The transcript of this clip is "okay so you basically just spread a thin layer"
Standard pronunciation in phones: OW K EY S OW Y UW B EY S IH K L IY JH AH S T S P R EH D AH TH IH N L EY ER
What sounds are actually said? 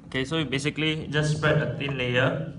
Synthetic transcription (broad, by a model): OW K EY S OW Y B EY S IH K L IY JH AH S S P EH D AH T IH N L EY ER